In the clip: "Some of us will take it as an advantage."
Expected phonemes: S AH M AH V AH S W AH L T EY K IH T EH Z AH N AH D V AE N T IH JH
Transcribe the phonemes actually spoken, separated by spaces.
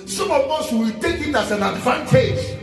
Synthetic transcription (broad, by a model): S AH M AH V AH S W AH W T EY K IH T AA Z AH N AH D V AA N T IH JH